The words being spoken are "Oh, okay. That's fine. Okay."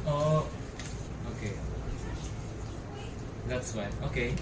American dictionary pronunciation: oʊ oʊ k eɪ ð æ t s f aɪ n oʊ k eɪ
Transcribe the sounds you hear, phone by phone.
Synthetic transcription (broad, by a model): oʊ oʊ k eɪ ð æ t s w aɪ oʊ k eɪ